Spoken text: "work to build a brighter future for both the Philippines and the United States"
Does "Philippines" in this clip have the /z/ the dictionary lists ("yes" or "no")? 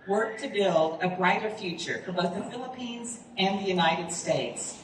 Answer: yes